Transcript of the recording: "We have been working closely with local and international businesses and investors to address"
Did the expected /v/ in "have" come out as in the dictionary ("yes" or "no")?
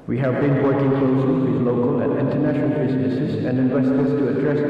yes